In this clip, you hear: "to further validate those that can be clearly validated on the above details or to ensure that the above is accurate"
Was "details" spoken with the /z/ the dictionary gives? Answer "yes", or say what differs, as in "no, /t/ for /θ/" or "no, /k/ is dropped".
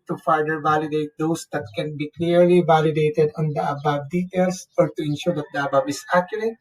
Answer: no, /s/ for /z/